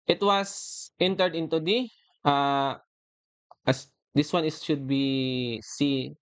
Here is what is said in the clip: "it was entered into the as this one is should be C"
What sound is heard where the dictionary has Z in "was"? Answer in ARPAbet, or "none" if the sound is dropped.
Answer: S